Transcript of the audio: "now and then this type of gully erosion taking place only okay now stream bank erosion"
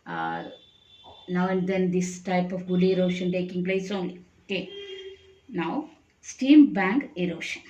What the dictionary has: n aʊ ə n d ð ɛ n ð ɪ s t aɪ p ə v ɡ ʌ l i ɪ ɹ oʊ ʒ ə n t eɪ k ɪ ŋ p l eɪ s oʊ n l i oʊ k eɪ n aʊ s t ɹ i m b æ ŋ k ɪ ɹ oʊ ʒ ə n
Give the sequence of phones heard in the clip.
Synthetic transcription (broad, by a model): n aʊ ə n d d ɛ n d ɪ s t aɪ p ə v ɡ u l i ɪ ɹ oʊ ʃ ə n t eɪ k ɪ ŋ p l eɪ s oʊ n l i oʊ k eɪ n aʊ s t i m b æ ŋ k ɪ ɹ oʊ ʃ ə n